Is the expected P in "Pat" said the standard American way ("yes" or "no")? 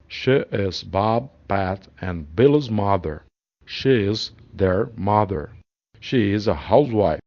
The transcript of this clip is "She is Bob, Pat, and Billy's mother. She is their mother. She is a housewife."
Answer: yes